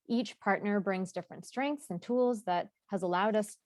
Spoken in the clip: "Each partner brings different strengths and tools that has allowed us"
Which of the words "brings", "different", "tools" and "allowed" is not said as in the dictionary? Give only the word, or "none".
none